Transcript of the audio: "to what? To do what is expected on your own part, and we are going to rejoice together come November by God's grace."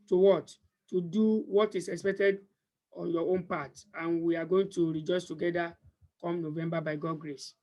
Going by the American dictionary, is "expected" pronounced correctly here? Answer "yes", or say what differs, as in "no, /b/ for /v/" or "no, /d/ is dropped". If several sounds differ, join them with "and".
yes